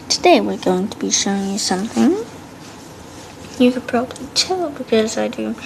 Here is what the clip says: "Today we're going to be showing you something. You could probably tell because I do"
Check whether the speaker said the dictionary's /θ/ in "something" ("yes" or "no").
yes